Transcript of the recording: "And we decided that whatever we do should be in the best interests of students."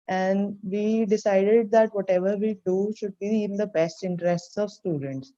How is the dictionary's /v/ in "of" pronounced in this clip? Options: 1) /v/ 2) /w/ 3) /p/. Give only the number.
1